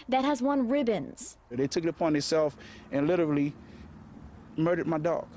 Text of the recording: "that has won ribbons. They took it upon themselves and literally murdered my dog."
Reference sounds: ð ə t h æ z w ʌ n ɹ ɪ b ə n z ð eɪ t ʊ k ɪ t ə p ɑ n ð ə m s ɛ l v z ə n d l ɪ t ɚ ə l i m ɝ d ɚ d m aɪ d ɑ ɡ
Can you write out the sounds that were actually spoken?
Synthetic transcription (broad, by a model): ð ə t h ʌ z w ʌ n ɹ ɪ b ə n z ð eɪ t ʊ k ɪ t ə p ɑ n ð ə s ɛ l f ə n l ɪ t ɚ l i m ɝ d ɚ d m aɪ d ɑ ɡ